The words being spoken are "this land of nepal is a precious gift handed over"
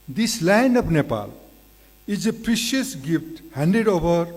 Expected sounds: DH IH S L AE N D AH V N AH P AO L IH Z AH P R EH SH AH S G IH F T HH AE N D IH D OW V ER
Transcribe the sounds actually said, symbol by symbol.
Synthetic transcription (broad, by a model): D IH S L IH N AH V N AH P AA L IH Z AH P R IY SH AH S G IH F T HH AE N D IH D OW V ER